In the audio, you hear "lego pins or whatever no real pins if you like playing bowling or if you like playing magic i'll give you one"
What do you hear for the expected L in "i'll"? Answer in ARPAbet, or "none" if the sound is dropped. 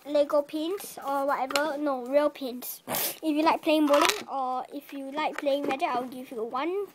W